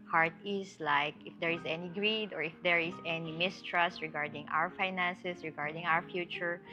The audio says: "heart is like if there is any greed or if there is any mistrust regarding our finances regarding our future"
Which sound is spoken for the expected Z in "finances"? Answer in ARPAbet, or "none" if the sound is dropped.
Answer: S